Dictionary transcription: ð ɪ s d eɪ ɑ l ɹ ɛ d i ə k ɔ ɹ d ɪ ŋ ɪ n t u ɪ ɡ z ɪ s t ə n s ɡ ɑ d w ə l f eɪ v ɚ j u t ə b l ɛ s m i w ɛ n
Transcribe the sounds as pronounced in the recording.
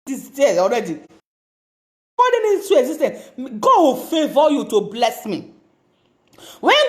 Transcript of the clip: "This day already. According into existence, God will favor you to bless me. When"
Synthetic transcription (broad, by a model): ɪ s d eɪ ɑ l ɹ ɛ d i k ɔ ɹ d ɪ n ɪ t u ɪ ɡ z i s t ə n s ɡ ɑ d w ə l f eɪ v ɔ j u t ə b l ɛ s m i w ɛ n